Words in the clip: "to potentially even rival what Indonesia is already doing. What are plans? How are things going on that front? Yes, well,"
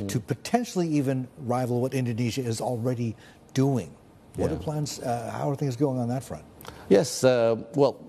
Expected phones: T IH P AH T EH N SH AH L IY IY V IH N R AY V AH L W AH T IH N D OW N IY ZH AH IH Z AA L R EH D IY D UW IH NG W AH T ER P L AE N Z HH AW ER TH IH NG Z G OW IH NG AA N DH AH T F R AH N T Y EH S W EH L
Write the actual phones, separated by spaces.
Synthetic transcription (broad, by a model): T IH P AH T EH N SH L IY IY V IH N R AY V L W AH T IH N D OW N IY ZH AH IH Z L R EH D IY D UW IH NG W AH T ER P L AE N Z HH AW ER TH IH NG Z G OW IH NG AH N DH AH T F R AH N T Y EH S W EH L